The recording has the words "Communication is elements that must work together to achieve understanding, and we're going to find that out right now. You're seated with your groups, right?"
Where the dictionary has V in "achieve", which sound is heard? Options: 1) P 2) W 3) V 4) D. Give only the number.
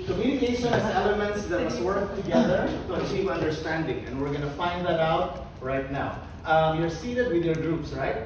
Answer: 1